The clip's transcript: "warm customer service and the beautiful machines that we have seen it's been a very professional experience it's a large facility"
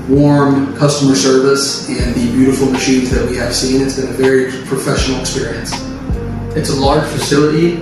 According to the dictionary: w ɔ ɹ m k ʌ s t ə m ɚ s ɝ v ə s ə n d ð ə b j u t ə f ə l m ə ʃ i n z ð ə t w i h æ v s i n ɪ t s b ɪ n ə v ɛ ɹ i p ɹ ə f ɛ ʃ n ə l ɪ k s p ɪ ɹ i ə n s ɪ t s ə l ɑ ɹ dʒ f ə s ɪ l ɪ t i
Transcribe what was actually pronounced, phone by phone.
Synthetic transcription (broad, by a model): w ɔ ɹ m k ʌ s t ə m ɚ s ɝ v ə s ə n ð ə b j u t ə f l m ə ʃ i n z ð ə t w i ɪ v s i n ɪ t s b ɪ n ə v ɛ ɹ i p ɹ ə f ɛ ʃ n l ɪ k s p ɪ ɹ i ə n s ɪ t s ə l ɑ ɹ ʒ f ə s ɪ l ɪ t i